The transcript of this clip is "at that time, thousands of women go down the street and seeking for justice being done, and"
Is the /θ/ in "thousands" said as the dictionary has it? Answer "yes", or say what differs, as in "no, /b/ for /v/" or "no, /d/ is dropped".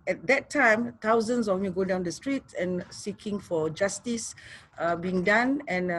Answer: no, /t/ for /θ/